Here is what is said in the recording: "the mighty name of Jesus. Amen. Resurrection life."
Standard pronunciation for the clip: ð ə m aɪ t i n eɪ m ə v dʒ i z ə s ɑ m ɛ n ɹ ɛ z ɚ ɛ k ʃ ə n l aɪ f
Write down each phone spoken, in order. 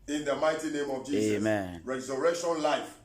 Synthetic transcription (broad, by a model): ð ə m aɪ t i n eɪ m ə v dʒ i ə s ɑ m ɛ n ɹ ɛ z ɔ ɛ k ʃ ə n l aɪ f